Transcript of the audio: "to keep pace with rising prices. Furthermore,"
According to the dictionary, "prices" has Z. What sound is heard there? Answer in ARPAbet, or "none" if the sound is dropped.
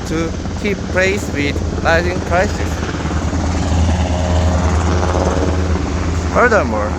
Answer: S